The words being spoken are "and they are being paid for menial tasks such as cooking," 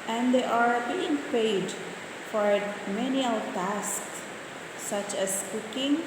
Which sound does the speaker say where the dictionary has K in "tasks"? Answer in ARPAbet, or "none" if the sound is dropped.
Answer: K